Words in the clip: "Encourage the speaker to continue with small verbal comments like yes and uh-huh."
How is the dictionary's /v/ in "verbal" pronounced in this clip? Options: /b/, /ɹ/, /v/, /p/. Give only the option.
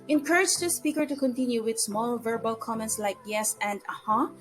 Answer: /v/